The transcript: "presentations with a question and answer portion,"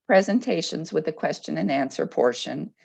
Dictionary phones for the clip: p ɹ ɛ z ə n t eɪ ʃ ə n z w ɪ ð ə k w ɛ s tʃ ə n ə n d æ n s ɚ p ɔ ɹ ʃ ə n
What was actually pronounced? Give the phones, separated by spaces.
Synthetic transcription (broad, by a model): p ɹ ɛ z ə n t eɪ ʃ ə n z w ɪ ð ə k w ɛ s tʃ ə n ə n æ n s ɚ p ɔ ɹ ʃ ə n